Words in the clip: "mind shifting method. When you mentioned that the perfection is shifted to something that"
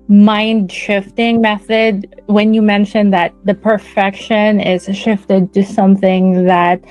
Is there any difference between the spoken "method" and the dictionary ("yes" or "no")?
no